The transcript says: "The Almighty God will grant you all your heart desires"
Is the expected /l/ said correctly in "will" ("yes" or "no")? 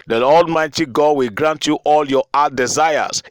yes